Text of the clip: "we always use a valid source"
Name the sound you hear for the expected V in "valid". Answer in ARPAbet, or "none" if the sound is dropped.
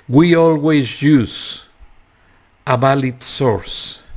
B